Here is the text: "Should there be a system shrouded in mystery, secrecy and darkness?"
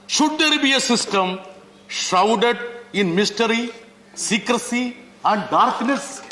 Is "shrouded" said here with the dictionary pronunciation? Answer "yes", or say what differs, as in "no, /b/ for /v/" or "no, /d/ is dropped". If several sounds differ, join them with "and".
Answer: no, /ɹ/ is dropped